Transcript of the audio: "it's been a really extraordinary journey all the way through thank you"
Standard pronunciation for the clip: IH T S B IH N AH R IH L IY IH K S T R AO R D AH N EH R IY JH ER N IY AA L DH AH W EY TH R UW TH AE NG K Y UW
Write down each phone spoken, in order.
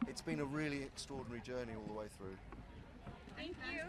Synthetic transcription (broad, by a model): IH T S B IH N AH R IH L IY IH K S T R AO D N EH R IY JH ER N IY AA L DH AH W EY TH R UW TH AE NG K Y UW